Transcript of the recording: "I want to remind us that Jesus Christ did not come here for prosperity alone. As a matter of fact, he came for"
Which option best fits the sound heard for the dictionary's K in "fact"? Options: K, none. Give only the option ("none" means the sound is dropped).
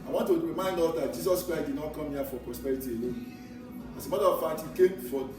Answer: none